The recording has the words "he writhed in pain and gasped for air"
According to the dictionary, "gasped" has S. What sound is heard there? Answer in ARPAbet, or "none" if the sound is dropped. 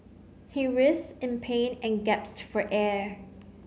none